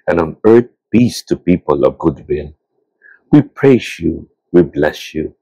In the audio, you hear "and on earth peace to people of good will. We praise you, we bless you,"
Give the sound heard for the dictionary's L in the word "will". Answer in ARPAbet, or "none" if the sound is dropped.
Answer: N